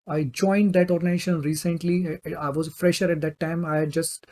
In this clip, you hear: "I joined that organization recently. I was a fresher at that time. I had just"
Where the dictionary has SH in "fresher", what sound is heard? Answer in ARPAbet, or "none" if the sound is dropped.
SH